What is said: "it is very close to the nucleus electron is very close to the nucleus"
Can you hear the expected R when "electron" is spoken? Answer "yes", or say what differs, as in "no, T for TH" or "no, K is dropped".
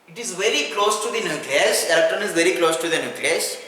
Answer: no, R is dropped